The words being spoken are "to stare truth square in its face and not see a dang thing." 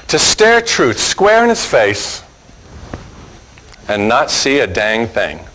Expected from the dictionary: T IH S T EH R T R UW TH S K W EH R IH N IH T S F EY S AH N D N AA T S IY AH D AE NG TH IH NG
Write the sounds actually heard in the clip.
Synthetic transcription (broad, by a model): T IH S T EH R T R UW TH S K W EH R IH N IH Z F EY S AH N N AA T S IY AH D AE NG TH IH NG